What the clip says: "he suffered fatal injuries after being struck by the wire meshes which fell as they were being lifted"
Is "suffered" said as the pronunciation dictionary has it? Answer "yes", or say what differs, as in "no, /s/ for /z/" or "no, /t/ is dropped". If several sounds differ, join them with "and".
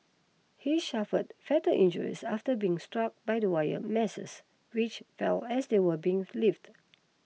no, /ʃ/ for /s/